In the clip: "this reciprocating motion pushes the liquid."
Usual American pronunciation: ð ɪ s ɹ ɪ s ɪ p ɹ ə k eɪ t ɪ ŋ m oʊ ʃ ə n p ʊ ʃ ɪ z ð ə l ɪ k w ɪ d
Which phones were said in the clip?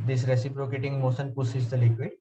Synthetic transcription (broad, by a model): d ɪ s ɹ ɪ s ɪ p ɹ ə k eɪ t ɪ ŋ m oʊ s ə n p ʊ s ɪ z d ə l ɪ k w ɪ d